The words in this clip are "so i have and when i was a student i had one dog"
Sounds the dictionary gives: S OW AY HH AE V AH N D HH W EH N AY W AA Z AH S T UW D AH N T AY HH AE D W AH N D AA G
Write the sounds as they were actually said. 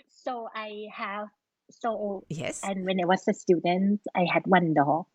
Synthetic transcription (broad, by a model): S OW AY HH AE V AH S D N W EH N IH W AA S AH S T UW D AH N T AY HH AE D W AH N D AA